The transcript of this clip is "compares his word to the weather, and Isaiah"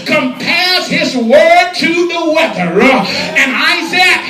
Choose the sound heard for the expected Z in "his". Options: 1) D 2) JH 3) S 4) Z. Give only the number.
4